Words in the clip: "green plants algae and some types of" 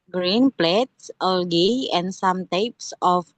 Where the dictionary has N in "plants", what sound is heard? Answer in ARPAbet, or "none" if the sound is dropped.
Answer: none